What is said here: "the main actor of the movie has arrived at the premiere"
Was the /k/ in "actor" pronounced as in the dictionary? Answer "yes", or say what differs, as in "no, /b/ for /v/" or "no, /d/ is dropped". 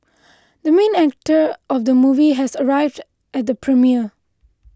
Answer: yes